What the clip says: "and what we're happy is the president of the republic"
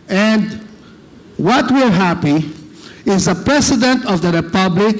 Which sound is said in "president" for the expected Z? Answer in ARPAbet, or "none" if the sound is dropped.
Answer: S